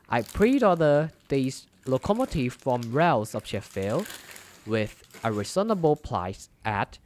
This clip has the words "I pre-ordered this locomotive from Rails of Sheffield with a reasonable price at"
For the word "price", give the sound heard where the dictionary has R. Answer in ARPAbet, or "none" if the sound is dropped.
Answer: L